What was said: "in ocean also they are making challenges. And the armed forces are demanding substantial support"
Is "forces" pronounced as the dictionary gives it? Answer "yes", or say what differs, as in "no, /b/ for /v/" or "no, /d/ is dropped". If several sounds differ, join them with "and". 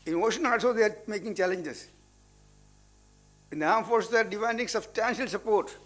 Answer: no, /z/ is dropped